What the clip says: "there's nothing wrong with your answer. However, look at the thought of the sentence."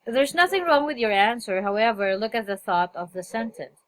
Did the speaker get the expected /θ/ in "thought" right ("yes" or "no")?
yes